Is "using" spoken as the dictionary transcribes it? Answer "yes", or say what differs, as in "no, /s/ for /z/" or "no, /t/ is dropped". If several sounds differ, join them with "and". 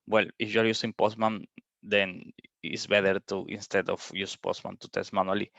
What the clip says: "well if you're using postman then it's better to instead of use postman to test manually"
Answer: no, /s/ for /z/